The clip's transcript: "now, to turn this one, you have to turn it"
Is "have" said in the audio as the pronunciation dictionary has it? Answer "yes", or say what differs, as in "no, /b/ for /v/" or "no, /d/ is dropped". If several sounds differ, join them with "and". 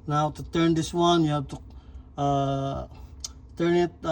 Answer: no, /b/ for /v/